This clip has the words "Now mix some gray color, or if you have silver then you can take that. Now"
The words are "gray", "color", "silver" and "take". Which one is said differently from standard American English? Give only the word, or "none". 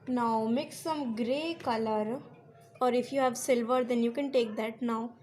none